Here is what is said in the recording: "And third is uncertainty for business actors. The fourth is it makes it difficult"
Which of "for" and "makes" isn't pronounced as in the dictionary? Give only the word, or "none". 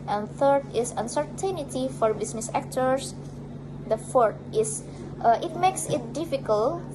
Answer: none